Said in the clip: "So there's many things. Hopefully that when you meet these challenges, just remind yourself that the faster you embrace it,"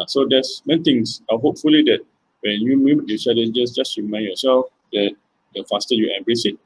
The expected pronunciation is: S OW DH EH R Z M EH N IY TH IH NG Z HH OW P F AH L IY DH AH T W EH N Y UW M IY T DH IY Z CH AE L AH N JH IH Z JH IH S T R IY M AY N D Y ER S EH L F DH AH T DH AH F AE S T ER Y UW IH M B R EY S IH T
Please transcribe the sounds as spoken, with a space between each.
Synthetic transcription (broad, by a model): S OW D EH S M EH N IY T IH NG S HH OW P F AH L IY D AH T W EH N Y UW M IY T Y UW CH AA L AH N JH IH S JH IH S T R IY M AY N Y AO S EH L F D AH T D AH F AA S T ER Y UW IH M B R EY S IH T